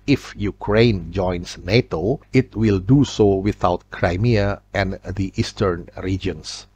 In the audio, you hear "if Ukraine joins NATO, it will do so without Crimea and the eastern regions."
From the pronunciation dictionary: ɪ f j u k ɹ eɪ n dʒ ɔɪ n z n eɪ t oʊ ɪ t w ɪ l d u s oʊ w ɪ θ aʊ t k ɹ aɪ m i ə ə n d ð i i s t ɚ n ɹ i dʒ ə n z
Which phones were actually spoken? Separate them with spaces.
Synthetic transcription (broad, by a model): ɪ f j u k ɹ eɪ n dʒ ɔɪ n s n eɪ t oʊ ɪ t w ɪ l d u s oʊ w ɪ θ aʊ t k ɹ aɪ m i ə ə n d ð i i s t ɚ n ɹ i dʒ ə n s